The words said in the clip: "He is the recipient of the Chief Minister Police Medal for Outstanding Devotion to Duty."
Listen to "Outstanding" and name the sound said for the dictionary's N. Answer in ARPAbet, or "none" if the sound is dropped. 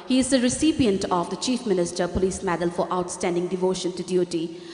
N